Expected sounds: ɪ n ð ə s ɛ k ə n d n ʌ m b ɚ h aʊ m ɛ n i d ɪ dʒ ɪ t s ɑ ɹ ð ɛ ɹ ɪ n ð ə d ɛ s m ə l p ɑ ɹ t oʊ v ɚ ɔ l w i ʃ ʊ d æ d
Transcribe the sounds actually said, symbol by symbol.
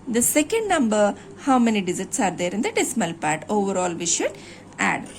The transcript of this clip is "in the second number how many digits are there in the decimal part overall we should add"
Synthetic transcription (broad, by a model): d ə s ɛ k ə n d n ʌ m b ɚ h aʊ m ɛ n i d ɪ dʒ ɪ t s ɑ ɹ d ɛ ɹ ɪ n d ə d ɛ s m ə l p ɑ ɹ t oʊ v ɚ ɔ l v i ʃ ʊ d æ d